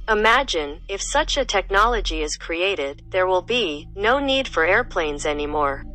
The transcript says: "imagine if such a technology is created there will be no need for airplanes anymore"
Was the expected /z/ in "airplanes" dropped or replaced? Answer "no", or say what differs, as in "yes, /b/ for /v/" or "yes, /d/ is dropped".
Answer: no